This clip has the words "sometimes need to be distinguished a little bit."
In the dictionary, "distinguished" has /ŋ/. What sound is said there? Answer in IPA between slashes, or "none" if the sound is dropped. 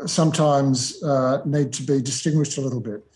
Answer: /ŋ/